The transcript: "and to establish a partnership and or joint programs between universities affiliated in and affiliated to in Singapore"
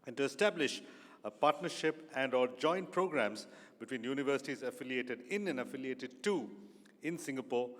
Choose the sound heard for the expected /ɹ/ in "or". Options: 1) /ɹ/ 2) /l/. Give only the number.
2